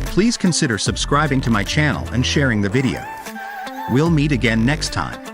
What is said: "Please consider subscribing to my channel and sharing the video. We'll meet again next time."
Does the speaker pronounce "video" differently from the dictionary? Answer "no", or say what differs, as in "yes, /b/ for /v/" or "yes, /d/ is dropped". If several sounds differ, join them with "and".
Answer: no